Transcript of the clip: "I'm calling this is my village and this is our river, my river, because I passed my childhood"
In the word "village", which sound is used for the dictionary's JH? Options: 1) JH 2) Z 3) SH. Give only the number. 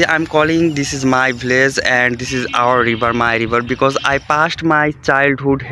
2